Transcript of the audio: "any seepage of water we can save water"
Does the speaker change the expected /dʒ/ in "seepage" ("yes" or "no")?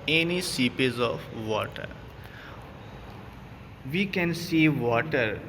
yes